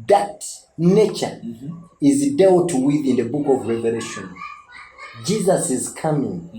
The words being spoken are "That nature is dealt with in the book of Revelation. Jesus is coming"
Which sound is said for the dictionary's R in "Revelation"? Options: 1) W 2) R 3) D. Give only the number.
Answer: 2